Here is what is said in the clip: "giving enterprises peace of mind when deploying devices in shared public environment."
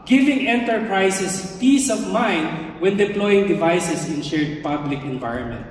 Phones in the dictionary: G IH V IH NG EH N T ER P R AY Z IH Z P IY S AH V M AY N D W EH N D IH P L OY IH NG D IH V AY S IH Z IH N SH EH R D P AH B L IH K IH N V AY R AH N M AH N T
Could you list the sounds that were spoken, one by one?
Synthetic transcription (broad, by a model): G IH V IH NG EH N T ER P R AY S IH S P IY S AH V M AY N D W EH N D IH P L OY IH NG D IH V AY S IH S IH N SH EH R D P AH B L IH K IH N V AY R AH N M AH N T